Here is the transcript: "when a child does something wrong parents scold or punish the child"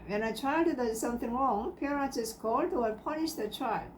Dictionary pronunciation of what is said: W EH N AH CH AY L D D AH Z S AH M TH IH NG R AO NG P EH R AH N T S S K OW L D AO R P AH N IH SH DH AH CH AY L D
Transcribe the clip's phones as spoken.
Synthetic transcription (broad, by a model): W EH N AH CH AY L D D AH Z S AH M TH IH NG R AO NG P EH R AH T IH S K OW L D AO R P AH N IH SH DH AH CH AY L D